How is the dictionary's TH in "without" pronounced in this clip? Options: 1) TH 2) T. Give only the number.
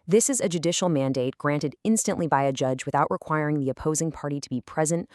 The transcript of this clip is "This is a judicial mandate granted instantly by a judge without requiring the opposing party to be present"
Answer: 1